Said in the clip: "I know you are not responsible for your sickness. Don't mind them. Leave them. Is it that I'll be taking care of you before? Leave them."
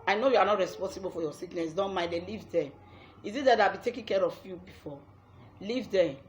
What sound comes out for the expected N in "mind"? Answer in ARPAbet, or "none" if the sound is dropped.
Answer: none